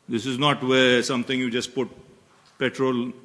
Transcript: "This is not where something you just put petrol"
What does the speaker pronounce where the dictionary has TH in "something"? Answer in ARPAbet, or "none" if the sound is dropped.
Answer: T